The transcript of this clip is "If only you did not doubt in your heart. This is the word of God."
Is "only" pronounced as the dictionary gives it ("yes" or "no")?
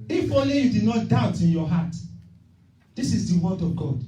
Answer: no